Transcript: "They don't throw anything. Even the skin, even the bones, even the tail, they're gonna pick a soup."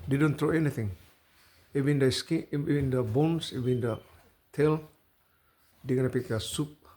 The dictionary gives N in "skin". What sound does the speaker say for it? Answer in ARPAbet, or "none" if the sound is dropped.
none